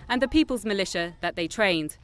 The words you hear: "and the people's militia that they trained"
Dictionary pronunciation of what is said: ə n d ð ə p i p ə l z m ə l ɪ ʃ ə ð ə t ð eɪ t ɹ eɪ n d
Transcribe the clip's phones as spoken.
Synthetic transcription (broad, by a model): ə n ð ə p i p ə l z m ə l ɪ ʃ ə ð ə t ð eɪ t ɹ eɪ n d